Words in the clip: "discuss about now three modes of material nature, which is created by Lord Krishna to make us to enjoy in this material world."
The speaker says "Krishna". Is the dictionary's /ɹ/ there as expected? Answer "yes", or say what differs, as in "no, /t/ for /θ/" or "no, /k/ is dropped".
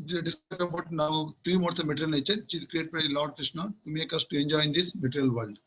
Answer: yes